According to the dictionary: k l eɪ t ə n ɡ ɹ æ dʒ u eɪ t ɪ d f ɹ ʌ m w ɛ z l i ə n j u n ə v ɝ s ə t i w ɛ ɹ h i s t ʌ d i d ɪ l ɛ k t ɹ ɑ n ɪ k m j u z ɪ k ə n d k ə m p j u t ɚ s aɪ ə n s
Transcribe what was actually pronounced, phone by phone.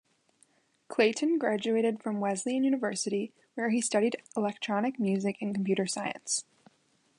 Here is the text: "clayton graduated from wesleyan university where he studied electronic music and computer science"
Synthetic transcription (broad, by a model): k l eɪ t n ɡ ɹ æ dʒ u eɪ t ɪ d f ɹ ʌ m w ɛ z l i ə n j u n ə v ɝ s ə t i w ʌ ɹ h i s t ʌ d i d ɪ l ɛ k t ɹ ɑ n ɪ k m j u z ɪ k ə n k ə m p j u t ɚ s aɪ ə n s